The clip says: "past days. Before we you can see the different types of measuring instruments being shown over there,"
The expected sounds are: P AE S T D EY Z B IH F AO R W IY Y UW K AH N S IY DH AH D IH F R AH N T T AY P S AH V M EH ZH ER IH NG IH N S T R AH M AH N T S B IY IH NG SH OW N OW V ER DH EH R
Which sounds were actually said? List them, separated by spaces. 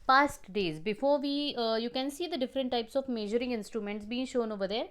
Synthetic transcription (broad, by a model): P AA S T D EY Z B IH F AO R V IY Y UW K AH N S IY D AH D IH F R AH N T T AY P S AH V M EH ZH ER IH NG IH N S T R AH M AH N T S B IY IH NG SH OW N OW V ER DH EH R